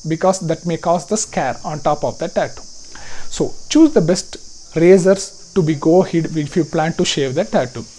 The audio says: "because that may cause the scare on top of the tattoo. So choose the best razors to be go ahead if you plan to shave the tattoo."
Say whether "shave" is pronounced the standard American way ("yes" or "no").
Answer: yes